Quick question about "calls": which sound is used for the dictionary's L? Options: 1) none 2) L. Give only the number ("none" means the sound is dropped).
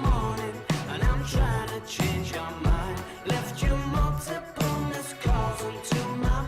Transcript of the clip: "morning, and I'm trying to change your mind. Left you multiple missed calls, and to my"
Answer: 1